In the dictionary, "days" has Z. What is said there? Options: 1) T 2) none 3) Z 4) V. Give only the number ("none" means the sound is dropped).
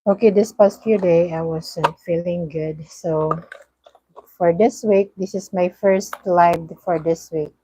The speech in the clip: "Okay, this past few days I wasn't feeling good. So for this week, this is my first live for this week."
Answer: 2